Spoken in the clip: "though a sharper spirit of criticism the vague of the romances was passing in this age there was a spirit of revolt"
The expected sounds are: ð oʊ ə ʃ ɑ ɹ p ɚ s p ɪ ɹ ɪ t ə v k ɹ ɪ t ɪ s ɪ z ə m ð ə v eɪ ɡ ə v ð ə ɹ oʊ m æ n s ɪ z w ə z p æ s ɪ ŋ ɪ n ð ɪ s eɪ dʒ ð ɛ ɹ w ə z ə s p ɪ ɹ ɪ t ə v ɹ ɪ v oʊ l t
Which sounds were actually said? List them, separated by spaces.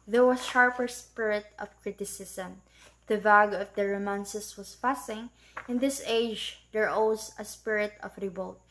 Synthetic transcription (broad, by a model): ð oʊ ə ʃ ɑ ɹ p ɚ s p ɪ ɹ ɪ t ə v k ɹ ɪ t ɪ s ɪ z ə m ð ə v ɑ ɡ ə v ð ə ɹ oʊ m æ n s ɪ s w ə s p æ s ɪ ŋ ɪ n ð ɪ s eɪ dʒ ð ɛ ɹ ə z ə s p ɪ ɹ ɪ t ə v ɹ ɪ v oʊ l t